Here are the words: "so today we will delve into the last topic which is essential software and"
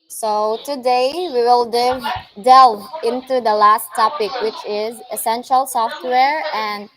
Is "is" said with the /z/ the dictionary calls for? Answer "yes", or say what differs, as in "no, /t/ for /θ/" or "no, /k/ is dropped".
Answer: yes